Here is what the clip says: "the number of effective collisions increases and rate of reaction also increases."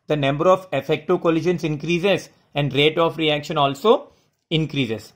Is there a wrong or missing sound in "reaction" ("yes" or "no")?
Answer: no